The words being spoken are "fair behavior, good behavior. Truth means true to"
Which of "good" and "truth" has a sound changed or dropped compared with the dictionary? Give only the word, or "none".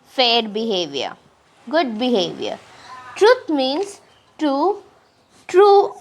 truth